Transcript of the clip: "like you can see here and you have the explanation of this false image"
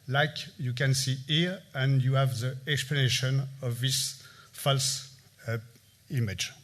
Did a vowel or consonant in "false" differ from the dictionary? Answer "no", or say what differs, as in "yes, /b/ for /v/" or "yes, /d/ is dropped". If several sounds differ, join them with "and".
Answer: no